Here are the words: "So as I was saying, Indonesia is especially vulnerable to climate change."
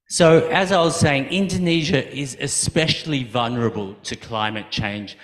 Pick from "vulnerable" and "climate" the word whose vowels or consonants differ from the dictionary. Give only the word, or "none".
none